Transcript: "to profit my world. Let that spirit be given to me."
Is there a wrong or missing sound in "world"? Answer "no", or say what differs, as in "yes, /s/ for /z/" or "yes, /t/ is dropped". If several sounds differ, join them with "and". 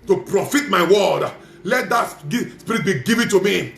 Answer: yes, /l/ is dropped